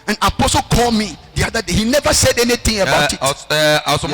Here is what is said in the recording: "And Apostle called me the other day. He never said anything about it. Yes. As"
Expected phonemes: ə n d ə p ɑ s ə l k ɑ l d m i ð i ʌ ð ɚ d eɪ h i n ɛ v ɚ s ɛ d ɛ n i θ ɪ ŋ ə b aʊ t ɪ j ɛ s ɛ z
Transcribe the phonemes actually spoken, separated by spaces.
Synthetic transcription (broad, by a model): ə n ə p ɑ s ə l k ɑ l d m i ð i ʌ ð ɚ d eɪ h i n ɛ v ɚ s ɛ d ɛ n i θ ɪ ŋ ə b aʊ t ɪ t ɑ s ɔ